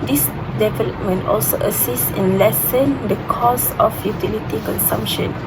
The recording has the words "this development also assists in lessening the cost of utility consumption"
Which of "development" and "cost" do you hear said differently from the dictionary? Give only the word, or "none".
cost